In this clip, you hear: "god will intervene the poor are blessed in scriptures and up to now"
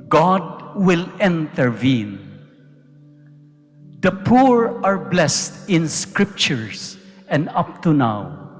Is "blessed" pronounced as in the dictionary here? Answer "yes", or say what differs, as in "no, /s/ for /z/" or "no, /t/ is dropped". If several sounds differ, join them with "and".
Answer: yes